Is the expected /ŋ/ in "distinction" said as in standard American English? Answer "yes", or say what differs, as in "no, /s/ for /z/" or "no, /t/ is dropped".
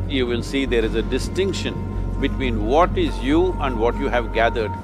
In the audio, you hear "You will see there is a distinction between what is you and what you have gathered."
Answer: yes